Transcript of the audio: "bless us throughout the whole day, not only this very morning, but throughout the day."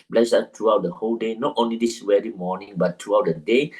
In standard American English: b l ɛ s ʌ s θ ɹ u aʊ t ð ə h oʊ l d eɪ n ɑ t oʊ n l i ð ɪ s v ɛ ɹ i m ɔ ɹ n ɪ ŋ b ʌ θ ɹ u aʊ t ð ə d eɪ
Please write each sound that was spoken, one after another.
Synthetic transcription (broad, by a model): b l ɛ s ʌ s t ɹ u aʊ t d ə h oʊ l d eɪ n ɑ t oʊ n l i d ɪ s w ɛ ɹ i m ɔ n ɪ ŋ b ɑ t ɹ u aʊ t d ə d eɪ